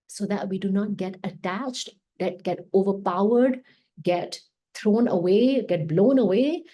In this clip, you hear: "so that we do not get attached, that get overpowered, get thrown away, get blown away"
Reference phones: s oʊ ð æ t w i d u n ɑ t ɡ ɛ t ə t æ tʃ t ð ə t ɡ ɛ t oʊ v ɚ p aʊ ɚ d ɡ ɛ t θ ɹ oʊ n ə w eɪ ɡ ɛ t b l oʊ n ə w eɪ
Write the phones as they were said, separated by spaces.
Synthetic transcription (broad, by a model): s oʊ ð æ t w i d u n ɑ t ɡ ɛ t ə t æ tʃ t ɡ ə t ɡ ɛ t oʊ v ɚ p aʊ ɚ d ɡ ɛ t t ɹ oʊ n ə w eɪ ɡ ɛ t b l oʊ n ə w eɪ